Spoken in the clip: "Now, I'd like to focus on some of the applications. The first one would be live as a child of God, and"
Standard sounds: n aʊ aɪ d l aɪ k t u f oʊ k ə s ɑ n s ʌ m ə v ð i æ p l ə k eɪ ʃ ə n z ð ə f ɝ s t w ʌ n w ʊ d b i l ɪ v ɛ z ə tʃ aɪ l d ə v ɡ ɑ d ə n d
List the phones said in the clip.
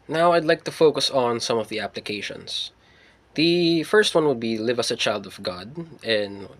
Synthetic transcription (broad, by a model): n aʊ aɪ d l aɪ k t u f oʊ k ə s n s ʌ m ə v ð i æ p l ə k eɪ ʃ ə n s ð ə f ɝ s t w ʌ n w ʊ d b i l ɪ v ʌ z ə tʃ aɪ l d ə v ɡ ɑ d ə n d